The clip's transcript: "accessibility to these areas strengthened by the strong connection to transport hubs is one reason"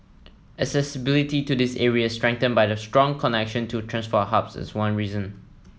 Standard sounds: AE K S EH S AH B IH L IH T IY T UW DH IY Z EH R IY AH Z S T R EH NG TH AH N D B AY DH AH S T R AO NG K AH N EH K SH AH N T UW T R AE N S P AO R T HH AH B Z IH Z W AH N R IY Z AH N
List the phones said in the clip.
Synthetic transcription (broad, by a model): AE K S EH S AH B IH L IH T IY T UW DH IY S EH R IY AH S T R EH NG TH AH N B AY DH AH S T R AO NG K AH N EH K SH AH N T UW T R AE N S F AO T HH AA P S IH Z W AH N R IY Z AH N